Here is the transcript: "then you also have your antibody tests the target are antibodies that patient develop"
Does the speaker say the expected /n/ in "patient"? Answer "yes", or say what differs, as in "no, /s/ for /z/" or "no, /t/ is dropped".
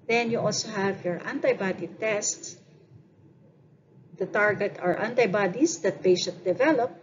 no, /n/ is dropped